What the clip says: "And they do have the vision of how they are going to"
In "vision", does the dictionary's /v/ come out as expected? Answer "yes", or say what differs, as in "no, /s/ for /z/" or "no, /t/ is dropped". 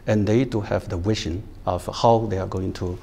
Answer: no, /w/ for /v/